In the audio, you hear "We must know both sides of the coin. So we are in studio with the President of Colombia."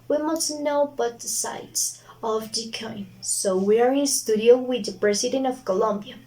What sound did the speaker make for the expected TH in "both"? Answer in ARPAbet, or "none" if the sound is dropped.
T